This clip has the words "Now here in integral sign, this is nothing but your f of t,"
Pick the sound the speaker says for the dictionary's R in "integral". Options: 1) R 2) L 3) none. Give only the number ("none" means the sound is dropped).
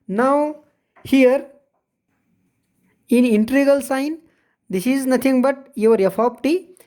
3